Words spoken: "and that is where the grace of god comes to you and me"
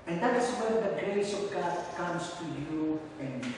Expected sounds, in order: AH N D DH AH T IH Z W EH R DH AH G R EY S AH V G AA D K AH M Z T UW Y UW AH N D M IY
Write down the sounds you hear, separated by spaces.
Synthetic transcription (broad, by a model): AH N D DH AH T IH S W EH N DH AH G R EY S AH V G AA D K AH M S T UW Y UW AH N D